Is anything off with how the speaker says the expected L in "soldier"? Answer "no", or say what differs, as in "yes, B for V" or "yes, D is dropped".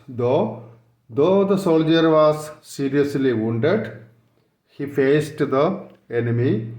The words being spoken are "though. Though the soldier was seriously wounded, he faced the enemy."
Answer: no